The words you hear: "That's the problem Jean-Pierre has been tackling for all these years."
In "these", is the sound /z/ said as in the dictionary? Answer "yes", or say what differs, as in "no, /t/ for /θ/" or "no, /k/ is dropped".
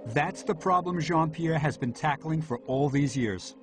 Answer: yes